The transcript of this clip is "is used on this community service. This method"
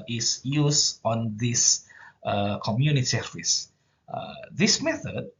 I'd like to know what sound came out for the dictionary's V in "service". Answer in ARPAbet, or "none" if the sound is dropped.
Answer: F